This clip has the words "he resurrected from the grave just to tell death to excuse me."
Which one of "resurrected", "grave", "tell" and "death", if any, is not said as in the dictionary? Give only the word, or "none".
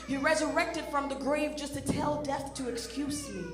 none